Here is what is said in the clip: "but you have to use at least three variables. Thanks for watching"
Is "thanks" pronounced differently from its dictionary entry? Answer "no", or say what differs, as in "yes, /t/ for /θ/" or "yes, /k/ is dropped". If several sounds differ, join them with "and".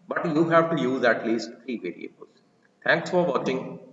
yes, /t/ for /θ/